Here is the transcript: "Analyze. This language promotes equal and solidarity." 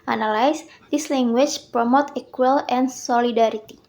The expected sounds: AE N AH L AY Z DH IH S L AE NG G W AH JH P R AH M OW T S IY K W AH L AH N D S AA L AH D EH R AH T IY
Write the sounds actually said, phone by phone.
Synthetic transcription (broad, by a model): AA N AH L AY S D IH S L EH NG G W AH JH P R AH M OW T IY K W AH L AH N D S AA L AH D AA R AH T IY